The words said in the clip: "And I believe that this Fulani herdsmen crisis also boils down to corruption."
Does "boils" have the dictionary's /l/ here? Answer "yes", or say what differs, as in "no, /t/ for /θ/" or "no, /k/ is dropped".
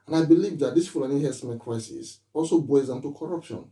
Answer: no, /l/ is dropped